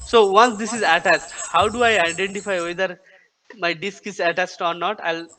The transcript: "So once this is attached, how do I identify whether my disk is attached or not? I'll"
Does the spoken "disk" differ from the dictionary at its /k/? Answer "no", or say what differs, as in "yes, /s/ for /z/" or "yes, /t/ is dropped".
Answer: no